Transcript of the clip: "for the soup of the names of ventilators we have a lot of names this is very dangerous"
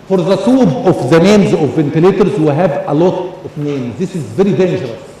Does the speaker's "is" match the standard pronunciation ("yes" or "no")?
yes